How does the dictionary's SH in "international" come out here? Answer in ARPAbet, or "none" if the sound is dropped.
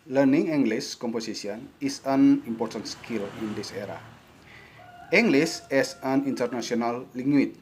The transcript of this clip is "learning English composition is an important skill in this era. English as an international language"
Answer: S